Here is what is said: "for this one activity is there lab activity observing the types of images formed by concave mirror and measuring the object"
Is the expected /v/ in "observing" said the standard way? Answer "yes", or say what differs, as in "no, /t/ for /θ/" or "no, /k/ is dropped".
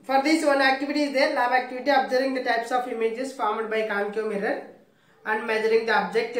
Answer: no, /v/ is dropped